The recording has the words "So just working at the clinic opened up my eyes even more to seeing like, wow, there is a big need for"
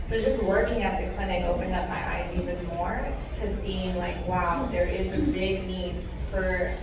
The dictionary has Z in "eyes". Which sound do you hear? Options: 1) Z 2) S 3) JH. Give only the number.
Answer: 1